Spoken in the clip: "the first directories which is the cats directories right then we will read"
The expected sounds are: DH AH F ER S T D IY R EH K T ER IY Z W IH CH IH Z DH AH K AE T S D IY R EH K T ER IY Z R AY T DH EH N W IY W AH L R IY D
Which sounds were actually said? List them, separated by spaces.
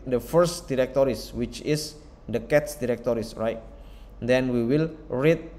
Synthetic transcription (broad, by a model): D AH F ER S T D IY R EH K T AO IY S W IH CH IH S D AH K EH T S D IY R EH K T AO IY S R AY T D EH N W IY W AH L R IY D